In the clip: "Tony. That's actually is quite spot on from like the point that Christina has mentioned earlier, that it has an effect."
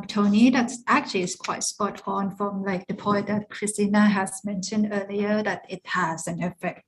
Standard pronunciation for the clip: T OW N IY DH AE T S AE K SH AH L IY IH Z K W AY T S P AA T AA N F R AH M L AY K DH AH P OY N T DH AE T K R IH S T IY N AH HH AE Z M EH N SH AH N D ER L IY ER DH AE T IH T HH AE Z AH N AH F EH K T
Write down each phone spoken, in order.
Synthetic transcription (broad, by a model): T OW N IY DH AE T S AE K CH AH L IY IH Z K W AY T S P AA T AA N F R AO M L AY K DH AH P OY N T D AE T K R IH S T IY N AH HH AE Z M EH N SH AH N D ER L IY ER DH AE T IH T HH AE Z AH N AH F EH K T